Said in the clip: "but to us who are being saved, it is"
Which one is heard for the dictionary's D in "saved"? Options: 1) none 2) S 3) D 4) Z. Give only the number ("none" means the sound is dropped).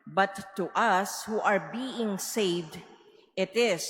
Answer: 3